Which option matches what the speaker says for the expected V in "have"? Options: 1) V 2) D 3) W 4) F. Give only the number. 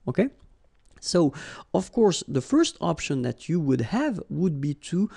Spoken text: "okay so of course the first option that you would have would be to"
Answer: 1